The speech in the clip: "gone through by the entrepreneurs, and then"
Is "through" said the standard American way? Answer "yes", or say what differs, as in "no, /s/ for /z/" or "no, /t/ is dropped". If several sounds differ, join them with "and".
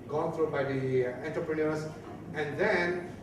no, /t/ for /θ/